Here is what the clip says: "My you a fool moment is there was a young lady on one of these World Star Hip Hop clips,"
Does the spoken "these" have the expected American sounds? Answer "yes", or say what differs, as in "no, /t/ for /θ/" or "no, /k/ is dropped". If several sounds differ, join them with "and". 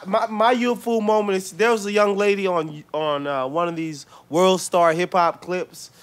yes